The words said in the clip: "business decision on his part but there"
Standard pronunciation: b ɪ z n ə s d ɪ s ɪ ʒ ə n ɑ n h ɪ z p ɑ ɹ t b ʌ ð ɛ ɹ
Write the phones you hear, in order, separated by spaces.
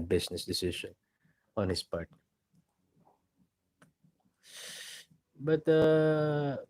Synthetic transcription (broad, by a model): b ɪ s n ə s d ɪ s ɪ ʃ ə n ɑ n h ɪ s p ɑ ɹ t b ʌ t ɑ